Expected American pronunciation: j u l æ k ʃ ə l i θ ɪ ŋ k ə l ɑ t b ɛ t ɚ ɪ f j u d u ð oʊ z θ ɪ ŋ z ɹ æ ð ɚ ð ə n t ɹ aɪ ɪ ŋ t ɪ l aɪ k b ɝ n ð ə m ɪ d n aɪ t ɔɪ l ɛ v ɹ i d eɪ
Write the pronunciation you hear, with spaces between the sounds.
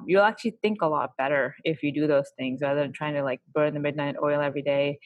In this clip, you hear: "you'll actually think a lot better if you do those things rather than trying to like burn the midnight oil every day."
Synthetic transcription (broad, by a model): j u l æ k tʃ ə l i θ ɪ ŋ k ə l ɑ t b ɛ t ɚ ɪ f j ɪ d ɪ ð oʊ z θ ɪ ŋ z ɹ æ ð ɚ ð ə n t ɹ aɪ ɪ ŋ t ɪ l aɪ k b ɝ n ð ə m ɪ d n aɪ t ɔɪ l ɛ v ɹ i d eɪ